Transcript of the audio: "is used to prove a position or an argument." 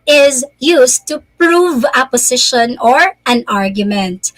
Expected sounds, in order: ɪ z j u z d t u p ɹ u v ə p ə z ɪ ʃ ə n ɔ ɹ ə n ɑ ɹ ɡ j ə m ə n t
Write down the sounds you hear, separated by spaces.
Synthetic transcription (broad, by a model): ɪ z j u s t u p ɹ u v ə p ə s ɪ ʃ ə n ɔ ɹ ə n ɑ ɹ ɡ j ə m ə n t